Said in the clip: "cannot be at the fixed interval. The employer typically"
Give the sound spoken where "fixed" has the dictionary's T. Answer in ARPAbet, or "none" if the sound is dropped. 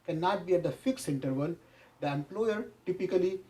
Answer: none